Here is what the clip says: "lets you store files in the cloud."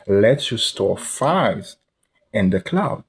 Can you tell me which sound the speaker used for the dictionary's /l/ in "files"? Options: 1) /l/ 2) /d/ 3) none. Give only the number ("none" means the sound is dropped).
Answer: 3